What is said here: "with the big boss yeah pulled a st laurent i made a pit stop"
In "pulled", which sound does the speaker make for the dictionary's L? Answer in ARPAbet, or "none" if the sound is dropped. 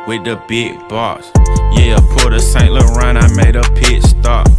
none